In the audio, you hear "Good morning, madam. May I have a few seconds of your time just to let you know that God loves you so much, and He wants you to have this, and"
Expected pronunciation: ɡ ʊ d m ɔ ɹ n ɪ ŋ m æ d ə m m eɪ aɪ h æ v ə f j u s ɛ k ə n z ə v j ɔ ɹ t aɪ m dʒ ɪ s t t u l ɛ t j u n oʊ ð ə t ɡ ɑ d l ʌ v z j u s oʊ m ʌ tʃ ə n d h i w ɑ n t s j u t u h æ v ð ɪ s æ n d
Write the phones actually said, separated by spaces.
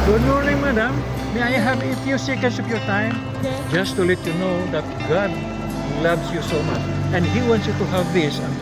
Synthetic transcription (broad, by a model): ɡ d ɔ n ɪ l m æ d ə m m eɪ aɪ h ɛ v ə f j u s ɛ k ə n s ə p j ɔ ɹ t aɪ m dʒ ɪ s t t u l ɛ t j u n oʊ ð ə t ɡ ɑ d l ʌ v s j u s oʊ m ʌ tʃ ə n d h i w ɑ n t s j u t u h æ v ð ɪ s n